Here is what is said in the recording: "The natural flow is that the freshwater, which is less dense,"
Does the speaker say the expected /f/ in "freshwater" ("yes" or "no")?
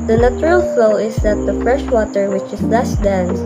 yes